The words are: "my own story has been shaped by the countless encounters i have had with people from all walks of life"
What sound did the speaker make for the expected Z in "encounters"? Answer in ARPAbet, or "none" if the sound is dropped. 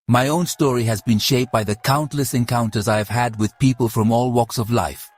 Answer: Z